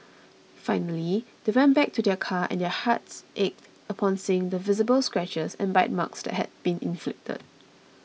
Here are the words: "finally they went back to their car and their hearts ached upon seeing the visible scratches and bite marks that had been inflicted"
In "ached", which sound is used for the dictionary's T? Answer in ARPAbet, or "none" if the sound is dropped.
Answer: T